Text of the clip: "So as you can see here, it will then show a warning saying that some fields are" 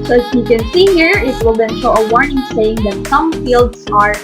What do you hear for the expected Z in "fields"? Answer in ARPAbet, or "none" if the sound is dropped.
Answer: S